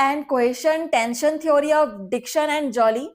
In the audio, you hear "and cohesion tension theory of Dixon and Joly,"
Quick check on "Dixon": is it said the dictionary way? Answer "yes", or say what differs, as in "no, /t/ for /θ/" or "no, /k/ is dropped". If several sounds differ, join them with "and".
no, /ʃ/ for /s/